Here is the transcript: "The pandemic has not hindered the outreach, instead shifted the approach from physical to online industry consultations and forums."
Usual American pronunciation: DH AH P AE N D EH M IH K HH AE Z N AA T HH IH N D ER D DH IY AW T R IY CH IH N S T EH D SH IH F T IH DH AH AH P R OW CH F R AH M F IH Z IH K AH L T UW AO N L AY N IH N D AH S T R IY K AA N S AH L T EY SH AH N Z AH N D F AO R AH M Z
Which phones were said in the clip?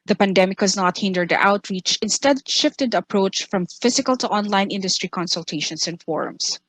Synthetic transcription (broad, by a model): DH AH P AE N D EH M IH K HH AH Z N AA T HH IH N D ER D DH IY AW T R IY CH IH N S T EH D SH IH F T IH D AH AH P R OW CH F R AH M F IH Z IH K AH L T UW AO N L AY N IH N D AH S T R IY K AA N S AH L T EY SH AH N S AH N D F AO R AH M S